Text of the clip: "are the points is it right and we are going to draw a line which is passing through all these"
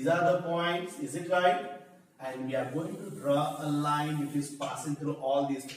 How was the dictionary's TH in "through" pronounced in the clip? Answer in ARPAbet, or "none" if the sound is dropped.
T